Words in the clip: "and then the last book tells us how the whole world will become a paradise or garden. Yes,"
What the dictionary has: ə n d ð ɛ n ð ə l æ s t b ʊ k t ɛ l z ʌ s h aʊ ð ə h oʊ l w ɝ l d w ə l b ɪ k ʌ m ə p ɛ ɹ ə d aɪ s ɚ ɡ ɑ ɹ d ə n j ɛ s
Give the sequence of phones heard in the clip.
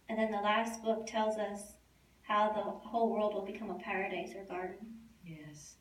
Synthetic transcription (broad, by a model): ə n ð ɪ n ð ə l æ s t b ʊ k t ɛ l z ʌ s h aʊ ð ə h oʊ l w ɝ l d w ə l b ɪ k ʌ m ə p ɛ ɹ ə d aɪ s ɚ ɡ ɑ ɹ d n j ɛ s